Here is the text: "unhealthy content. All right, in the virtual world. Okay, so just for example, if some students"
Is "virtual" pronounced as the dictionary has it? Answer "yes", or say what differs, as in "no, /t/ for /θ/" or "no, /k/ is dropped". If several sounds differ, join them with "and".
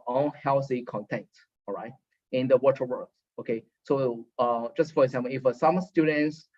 no, /w/ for /v/